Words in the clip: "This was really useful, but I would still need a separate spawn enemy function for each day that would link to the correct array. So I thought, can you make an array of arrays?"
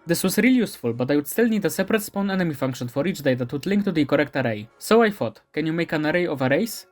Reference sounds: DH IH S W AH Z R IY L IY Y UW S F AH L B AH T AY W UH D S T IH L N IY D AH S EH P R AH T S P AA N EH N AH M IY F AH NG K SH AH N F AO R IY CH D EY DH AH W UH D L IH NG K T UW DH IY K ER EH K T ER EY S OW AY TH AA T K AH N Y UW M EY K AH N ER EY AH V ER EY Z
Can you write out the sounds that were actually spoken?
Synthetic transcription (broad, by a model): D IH S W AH S R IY L Y UW S F AH L B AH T AY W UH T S T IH L N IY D AH S EH P R AH T S P AA N EH N AH M IY F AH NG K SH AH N F AO R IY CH D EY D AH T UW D L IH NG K T UW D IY K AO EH K T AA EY S OW AY F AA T K AH N Y UW M EY K AH N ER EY AH V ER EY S